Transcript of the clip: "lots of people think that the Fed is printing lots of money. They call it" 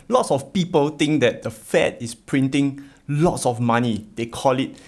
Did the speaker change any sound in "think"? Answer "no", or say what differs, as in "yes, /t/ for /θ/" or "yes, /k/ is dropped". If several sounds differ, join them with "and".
yes, /t/ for /θ/